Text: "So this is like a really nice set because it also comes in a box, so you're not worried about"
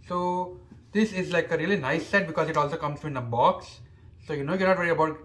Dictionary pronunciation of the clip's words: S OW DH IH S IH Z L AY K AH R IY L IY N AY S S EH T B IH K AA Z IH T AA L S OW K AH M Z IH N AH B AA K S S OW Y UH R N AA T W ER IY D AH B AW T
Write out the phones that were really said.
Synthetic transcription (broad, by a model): S OW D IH S IH Z L AY K AH R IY L IY N AY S S EH T B IH K AA Z IH T AA L S OW K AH M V IH N AH B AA K S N OW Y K N AA T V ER IY AH B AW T